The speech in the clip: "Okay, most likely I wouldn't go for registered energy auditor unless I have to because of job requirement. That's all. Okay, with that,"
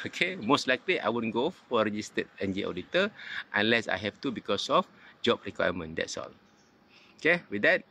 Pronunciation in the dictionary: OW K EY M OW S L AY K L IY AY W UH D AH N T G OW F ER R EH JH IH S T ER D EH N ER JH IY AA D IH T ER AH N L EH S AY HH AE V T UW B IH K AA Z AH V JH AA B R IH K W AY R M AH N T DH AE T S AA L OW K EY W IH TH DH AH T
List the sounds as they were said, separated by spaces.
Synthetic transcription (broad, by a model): OW K EY M OW S L AY K L IY AY W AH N G OW F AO R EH JH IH S T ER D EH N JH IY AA D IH T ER AH N L EH S AY HH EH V T UW B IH K AA S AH F JH AA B R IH K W AY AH M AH N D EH T S AA L OW K EY W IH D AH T